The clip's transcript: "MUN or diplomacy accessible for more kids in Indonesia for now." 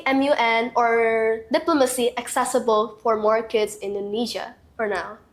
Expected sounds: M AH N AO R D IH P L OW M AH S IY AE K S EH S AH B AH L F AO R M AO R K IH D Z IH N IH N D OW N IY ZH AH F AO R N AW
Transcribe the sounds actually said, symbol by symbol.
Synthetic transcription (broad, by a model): M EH N AO R D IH P L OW M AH S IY AE K S EH S AH B AH L F AO R M AO R K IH D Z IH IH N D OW N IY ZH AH F AO R N AW